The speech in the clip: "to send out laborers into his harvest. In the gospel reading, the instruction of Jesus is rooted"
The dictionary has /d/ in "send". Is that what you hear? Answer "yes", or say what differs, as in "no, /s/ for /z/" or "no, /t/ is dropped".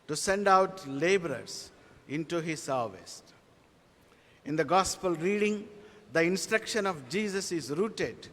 yes